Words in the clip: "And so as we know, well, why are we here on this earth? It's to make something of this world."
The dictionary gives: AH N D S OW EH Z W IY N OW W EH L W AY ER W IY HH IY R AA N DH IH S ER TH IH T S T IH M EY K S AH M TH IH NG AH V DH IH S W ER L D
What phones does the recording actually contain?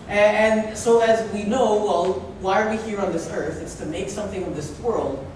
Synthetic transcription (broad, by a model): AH N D S OW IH Z W IY N OW W EH L W AY ER W IY HH IY R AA N DH IH S ER TH IH T S T IH M EY K S AH M TH IH NG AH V DH IH S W ER L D